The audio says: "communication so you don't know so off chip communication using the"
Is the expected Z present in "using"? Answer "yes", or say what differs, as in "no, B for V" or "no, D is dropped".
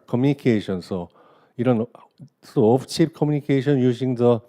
no, S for Z